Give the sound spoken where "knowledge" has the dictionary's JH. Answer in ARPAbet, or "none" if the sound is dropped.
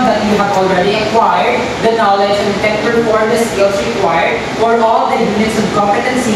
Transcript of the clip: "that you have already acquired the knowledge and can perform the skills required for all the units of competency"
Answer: JH